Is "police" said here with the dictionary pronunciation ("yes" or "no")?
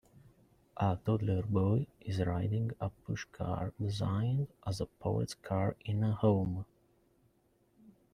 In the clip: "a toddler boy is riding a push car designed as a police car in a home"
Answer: no